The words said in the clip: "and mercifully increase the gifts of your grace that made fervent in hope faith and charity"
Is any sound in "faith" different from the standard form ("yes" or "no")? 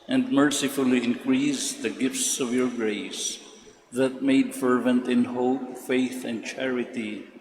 no